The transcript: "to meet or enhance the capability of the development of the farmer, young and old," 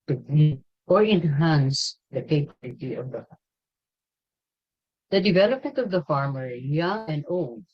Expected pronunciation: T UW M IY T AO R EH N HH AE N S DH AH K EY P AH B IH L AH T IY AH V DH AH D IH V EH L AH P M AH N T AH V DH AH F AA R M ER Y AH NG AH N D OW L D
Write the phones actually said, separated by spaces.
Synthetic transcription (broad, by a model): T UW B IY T AO R EH N HH AE N S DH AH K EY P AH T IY AH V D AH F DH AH D IH V EH L AH P M AH N T AH V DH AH F AA R M ER Y AH NG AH N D OW L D